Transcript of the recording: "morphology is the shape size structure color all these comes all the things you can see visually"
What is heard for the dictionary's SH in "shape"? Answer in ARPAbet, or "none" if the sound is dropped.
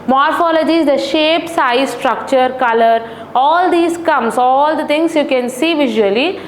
SH